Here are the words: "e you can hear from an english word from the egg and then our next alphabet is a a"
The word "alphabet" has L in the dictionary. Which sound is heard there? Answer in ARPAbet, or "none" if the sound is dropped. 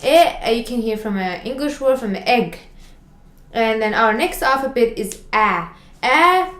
none